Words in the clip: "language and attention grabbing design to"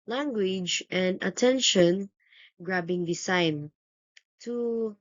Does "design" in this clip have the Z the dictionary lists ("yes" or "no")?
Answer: no